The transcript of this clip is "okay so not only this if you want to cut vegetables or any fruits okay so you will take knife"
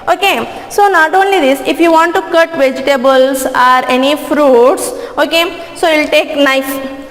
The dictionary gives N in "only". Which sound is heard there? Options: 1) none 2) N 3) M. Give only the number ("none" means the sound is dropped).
2